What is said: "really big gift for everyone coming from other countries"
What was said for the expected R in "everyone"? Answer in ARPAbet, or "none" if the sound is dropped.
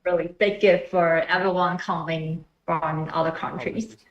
none